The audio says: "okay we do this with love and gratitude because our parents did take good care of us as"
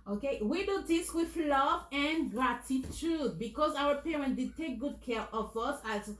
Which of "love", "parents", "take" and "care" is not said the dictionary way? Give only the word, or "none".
parents